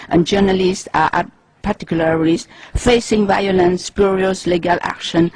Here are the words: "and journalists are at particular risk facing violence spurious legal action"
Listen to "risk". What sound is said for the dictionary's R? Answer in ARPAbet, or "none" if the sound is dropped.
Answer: L